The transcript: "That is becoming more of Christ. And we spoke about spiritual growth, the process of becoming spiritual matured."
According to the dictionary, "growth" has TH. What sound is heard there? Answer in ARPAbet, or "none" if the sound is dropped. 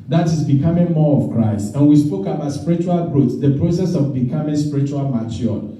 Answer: S